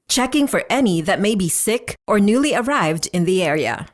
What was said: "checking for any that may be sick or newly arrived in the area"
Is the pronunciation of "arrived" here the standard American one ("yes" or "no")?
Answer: yes